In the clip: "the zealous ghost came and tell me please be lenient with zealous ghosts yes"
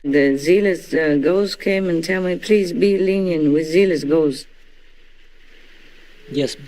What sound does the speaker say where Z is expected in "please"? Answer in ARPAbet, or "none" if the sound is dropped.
Z